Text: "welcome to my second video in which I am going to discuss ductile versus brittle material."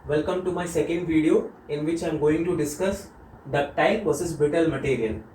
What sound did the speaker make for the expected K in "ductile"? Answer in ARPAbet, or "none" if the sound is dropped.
none